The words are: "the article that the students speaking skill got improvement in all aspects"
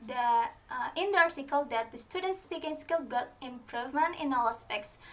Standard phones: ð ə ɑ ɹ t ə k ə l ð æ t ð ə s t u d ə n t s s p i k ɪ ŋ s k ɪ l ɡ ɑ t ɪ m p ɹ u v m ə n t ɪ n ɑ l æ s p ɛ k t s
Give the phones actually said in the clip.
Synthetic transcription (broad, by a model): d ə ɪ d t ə k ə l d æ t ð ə s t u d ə n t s s p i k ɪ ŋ s k ɪ l ɡ ɑ t ɪ m p ɹ u v m ə n t ɪ n ɑ l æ s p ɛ k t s